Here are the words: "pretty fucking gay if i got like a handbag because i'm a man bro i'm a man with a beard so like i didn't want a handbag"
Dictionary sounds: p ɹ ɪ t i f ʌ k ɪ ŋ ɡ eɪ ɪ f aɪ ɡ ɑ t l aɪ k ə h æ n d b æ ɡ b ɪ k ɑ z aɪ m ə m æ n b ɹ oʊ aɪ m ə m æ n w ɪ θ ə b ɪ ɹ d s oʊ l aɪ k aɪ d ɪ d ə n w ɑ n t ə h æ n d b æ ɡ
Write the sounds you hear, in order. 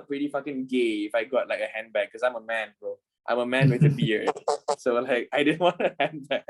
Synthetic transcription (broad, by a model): p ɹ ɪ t i f ʌ k ɪ ŋ ɡ eɪ ɪ f aɪ ɡ ɑ t l aɪ k ə h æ n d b b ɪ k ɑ s aɪ m ə m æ n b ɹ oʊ aɪ m ə m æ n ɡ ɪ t ə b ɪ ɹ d s oʊ l aɪ k aɪ d ɪ d ə n w ɑ n t ə h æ n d b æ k